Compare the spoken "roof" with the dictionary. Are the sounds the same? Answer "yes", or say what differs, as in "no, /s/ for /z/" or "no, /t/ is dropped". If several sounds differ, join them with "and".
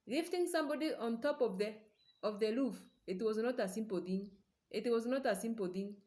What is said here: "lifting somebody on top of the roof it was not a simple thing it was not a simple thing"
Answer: no, /l/ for /ɹ/